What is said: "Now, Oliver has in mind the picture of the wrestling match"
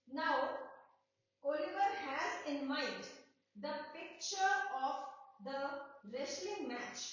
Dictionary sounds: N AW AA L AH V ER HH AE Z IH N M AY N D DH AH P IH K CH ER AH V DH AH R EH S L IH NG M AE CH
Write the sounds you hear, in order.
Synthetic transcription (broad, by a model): N AW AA L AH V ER HH AE Z IH N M AY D D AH P IH K CH ER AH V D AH R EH S L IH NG M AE CH